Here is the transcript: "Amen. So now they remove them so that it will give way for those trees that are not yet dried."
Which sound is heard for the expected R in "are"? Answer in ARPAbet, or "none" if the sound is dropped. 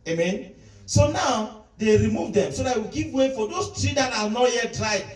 L